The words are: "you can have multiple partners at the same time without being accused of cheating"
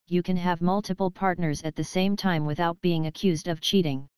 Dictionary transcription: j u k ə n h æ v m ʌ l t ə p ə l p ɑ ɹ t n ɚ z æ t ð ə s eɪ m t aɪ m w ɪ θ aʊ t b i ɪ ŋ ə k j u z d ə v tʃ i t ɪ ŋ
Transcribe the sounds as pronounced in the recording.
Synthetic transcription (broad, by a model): j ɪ k ə n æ v m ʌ l t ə p l p ɑ ɹ t n ɚ z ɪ t ð ə s eɪ m t aɪ m w ɪ θ aʊ t b i ɪ ŋ ə k j u z d ə v tʃ i t ɪ ŋ